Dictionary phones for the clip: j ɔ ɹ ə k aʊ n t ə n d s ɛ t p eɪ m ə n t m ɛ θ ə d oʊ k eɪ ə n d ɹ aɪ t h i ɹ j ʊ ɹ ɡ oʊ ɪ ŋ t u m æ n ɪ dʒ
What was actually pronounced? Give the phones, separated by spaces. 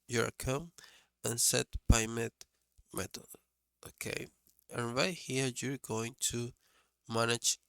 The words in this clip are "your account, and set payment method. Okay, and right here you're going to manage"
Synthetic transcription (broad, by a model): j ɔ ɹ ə k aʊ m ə n s ɛ t b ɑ m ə t m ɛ t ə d oʊ k eɪ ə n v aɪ h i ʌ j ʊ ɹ ɡ oʊ ɪ ŋ t u m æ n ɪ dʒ